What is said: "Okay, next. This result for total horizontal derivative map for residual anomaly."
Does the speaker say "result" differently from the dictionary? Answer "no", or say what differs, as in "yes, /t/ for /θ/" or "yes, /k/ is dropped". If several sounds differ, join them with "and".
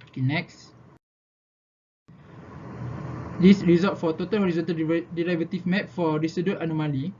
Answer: yes, /l/ is dropped